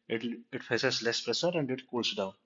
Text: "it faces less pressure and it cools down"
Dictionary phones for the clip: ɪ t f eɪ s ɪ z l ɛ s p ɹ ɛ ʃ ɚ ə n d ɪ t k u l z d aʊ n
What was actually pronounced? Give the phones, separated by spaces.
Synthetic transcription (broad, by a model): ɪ t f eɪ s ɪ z l ɛ s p ɹ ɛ s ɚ ə n d ɪ t k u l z d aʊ n